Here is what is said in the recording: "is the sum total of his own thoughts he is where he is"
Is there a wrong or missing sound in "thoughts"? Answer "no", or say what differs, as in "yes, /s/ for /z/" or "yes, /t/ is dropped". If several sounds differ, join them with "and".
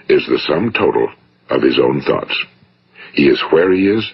no